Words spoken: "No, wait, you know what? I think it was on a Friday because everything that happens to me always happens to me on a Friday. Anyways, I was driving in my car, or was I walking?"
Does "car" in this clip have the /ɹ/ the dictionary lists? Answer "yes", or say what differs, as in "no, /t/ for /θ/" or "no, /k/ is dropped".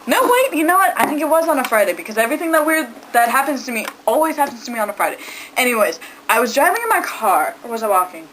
yes